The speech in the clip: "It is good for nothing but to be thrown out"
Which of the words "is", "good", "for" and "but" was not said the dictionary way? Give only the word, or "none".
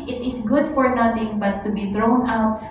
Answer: is